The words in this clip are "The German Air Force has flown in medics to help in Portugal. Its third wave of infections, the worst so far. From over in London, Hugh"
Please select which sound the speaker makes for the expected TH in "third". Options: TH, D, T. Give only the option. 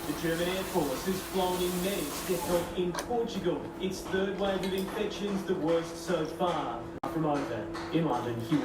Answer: TH